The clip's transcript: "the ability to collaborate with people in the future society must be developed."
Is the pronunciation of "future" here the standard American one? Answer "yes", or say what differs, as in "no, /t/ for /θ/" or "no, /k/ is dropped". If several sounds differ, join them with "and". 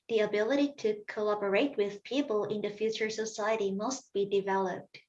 yes